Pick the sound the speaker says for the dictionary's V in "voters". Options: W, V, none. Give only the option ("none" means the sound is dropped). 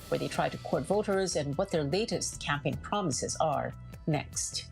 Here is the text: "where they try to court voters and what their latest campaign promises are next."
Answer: V